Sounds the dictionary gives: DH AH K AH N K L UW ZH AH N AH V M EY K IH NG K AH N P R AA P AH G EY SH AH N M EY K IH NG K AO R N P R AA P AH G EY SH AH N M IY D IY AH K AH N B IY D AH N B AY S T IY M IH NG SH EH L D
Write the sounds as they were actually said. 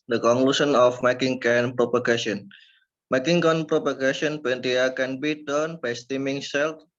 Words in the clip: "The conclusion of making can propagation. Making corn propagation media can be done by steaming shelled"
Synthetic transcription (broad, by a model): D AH K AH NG K L UW S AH N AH F M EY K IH NG K AH N P R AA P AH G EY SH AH N M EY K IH NG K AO N P R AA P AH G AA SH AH N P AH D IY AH K AH N B IY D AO N B AY S T IY M IH NG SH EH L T